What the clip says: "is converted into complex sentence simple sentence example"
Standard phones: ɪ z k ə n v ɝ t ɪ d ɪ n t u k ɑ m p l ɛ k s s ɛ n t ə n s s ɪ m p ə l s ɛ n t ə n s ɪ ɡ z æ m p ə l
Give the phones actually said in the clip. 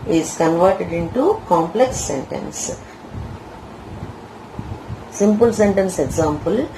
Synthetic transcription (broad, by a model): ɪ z k ə n v ɝ t ɪ d ɪ n t u k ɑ m p l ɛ k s s ɛ n t ə n s s ɪ m p ə l s ɛ n t ə n s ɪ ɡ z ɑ m p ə l